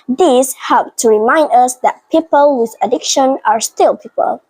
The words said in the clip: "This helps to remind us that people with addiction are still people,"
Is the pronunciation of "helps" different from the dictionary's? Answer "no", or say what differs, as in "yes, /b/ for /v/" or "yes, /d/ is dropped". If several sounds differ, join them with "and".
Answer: yes, /s/ is dropped